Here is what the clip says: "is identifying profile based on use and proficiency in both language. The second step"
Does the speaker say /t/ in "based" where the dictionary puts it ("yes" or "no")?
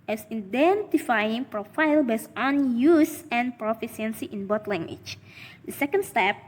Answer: no